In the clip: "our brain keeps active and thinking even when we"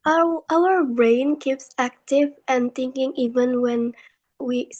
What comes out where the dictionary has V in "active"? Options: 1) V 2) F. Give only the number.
1